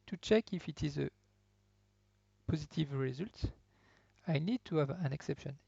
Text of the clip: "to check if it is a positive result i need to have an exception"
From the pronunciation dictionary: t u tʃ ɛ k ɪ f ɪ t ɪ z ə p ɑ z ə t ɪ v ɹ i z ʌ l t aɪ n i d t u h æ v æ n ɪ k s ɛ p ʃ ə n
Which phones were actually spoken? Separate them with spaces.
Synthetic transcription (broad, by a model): t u tʃ ɛ k ɪ f ɪ t ɪ z ə p ɑ z ə t ɪ v ɹ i z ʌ l t aɪ n i d t u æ v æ n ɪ k s ɛ p ʃ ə n